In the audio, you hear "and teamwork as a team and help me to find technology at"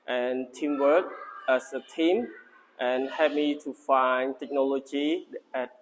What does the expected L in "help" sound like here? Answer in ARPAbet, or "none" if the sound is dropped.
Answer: none